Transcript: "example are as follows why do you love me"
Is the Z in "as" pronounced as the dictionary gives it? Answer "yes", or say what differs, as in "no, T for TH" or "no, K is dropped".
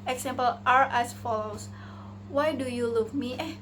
no, S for Z